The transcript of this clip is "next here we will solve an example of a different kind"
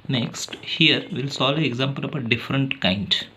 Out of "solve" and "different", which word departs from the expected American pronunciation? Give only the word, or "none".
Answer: solve